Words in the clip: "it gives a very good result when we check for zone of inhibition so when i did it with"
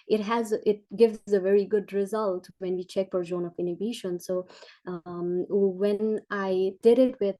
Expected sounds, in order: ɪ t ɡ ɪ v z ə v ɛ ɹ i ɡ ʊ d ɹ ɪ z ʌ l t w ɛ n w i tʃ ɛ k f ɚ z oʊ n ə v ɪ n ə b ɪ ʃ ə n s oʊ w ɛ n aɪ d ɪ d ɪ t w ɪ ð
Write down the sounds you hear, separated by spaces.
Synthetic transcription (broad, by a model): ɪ t ɡ ɪ v z ə v ɛ ɹ i ɡ ʊ d ɹ ɪ z ʌ l t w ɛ n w i tʃ ɛ k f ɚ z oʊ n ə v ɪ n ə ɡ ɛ ʃ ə n s oʊ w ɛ n aɪ d ɪ d ɪ t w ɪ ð